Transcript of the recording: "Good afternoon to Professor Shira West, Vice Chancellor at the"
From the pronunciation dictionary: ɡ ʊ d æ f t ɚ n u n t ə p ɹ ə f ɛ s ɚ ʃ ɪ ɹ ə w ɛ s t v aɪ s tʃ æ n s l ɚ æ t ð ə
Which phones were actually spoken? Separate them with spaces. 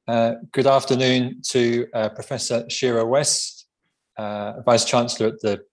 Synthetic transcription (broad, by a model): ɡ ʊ d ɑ f t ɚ n u n t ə p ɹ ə f ɛ s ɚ ʃ ɪ ɹ ə w ɛ s t v aɪ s tʃ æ n s l ɚ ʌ t ð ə